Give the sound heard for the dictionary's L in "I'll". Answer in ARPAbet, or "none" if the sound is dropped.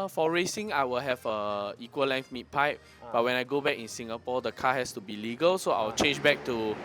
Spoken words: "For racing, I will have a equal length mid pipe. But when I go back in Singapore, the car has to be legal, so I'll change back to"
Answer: W